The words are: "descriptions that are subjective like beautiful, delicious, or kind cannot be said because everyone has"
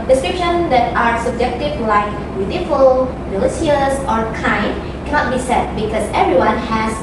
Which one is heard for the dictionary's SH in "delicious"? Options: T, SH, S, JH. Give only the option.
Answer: S